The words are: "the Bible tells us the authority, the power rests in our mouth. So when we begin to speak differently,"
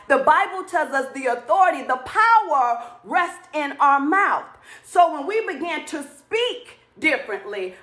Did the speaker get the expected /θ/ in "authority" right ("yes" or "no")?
yes